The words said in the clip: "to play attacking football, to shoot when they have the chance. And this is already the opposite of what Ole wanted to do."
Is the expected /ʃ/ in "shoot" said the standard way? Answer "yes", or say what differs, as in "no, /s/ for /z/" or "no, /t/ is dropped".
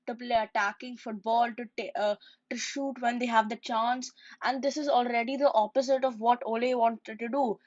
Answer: yes